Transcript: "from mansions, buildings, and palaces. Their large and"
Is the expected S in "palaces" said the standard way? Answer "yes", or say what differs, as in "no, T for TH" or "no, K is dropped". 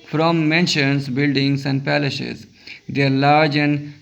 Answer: no, SH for S